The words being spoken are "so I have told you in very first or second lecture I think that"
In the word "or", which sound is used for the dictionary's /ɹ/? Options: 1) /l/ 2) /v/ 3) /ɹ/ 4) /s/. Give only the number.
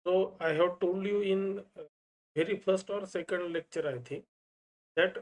3